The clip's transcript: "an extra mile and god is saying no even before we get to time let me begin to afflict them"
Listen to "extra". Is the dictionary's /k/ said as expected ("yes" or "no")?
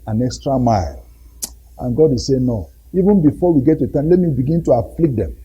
yes